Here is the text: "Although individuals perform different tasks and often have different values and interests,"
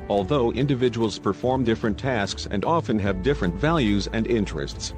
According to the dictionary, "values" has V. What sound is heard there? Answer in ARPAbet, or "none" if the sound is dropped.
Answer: V